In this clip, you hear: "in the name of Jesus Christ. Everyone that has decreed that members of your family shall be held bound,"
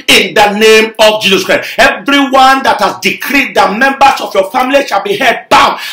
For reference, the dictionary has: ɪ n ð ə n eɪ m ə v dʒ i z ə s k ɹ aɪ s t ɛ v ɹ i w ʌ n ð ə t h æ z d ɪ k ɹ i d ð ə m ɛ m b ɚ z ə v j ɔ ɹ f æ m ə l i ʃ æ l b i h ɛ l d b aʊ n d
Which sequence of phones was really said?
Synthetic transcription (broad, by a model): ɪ n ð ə n eɪ m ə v dʒ i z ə s k ɹ aɪ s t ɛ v ɹ i w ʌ n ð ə t h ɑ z d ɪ k ɹ i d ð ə m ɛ m b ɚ s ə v j ɔ f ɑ m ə l i ʃ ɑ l b i h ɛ d b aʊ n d